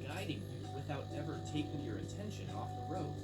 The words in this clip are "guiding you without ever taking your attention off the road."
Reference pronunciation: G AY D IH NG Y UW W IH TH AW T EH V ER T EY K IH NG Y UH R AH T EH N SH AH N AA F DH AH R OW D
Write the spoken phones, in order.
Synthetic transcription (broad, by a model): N AY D IH NG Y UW W IH TH AW T EH V ER T EY K IH NG Y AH R AH T EH N SH AH N AA F DH AH R OW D